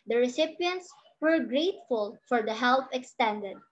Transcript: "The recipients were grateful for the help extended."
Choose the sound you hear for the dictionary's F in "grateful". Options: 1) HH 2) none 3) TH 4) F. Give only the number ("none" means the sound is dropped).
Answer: 4